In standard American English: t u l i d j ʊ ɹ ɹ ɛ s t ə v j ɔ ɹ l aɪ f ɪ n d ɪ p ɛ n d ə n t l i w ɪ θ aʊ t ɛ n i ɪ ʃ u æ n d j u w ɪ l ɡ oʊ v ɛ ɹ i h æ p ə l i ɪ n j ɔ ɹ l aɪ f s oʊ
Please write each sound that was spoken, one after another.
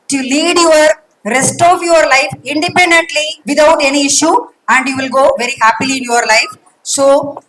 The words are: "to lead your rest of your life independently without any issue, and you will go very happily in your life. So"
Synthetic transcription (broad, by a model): t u l i d j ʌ ɹ ɹ ɛ s t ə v j ɔ ɹ l aɪ f ɪ n d ɪ p ɛ n d ə n t l i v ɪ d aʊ t ɛ n i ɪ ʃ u æ n d j u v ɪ l ɡ oʊ v ɛ ɹ i h æ p ə l i ɪ n j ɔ ɹ l aɪ f s oʊ